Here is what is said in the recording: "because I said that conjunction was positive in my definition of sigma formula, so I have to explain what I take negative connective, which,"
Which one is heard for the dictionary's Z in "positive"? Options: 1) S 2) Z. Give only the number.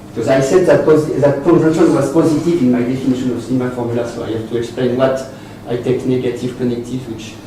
2